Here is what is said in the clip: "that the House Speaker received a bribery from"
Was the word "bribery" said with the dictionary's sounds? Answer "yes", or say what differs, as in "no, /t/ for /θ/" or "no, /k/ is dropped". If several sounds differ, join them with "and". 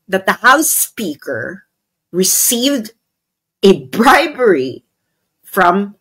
yes